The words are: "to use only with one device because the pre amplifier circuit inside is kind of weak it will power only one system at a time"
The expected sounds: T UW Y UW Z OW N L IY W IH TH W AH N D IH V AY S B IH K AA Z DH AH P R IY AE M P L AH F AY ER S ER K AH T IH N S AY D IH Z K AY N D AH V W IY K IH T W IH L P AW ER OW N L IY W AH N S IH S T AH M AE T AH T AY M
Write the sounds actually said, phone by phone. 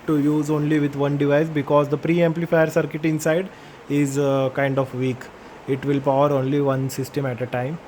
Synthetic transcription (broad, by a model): T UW Y UW Z OW N L IY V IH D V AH N D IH V AY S B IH K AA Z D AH P R IY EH M P L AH F AY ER S ER K AH T IH N S AY D IH Z K AY N D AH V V IY K IH T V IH L P AW ER OW N L IY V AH N S IH S T AH M AE T AH T AY M